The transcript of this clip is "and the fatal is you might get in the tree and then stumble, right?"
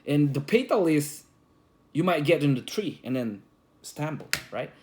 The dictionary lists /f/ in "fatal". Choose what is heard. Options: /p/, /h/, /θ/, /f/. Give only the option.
/p/